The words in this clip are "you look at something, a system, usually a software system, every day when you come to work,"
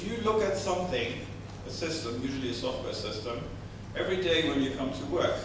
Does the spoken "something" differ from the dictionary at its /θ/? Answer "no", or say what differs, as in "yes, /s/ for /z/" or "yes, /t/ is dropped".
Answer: no